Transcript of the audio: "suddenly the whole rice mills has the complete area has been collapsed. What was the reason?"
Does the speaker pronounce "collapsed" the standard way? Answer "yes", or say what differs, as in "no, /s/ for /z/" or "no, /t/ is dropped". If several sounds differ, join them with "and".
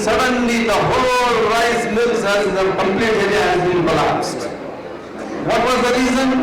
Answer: no, /p/ is dropped